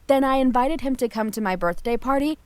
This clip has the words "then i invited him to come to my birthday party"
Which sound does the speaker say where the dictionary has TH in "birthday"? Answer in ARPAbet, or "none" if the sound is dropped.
TH